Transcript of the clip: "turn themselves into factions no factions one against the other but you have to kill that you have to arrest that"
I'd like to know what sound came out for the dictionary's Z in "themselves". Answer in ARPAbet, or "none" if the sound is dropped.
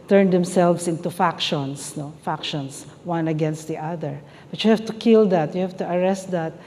S